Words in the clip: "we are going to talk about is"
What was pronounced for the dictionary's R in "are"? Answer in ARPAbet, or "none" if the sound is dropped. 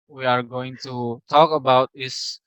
R